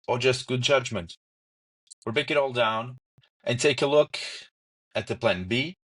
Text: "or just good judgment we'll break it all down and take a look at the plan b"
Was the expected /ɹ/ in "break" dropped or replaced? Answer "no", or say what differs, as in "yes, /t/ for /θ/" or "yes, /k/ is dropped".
yes, /ɹ/ is dropped